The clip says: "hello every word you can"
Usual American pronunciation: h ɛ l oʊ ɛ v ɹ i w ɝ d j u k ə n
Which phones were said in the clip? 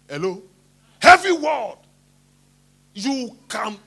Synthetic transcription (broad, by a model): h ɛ l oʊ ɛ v i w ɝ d j u k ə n